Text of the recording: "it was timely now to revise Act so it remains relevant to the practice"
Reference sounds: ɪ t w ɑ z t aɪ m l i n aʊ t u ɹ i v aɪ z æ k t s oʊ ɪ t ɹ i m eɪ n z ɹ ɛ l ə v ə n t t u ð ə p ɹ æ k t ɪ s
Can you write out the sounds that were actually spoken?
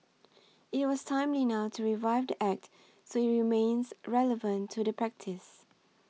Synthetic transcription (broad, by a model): ɪ t w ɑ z t aɪ m l i n aʊ t u ɹ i v aɪ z æ k t s oʊ ɪ t ɹ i m eɪ n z ɹ ɛ l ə v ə n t t u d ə p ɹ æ k t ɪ s